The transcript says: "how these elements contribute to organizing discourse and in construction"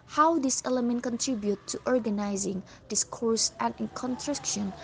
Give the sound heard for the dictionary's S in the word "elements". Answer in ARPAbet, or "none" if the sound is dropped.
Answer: none